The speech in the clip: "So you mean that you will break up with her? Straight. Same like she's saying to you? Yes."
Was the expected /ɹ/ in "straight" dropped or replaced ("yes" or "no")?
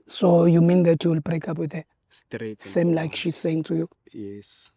yes